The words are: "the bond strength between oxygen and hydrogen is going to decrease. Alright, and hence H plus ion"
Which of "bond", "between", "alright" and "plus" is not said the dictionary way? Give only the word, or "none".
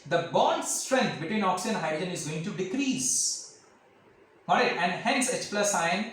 alright